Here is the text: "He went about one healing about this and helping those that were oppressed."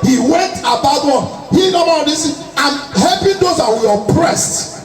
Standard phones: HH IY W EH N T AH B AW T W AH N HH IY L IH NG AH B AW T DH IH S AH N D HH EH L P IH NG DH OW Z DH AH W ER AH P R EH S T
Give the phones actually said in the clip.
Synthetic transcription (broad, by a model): HH IY W EH N T AH B AW T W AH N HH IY N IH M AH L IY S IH AH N HH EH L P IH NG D OW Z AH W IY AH P R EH S T